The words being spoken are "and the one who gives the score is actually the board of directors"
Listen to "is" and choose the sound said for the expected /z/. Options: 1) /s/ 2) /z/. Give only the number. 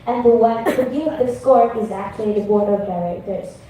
2